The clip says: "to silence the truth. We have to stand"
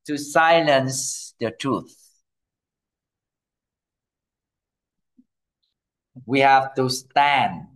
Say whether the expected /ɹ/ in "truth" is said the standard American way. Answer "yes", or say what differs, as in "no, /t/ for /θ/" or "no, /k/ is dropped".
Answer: yes